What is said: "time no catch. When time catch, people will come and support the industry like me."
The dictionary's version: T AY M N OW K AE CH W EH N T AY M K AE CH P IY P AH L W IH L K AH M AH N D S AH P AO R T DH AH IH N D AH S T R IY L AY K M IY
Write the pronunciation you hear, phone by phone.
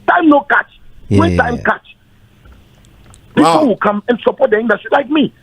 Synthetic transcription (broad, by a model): T AY M N OW K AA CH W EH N T AY M K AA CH P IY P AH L W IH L K AH M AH N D S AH P AO T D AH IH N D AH T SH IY L AY K M IY